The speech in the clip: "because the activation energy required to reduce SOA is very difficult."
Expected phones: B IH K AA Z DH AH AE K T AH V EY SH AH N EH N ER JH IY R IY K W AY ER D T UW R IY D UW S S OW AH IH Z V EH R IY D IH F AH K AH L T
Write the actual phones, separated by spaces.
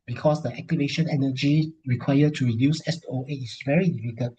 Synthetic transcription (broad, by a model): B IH K AA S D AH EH K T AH V EY SH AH N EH N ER JH IY R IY K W AY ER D T UW R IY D UW S S OW AH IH S V EH R IY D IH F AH K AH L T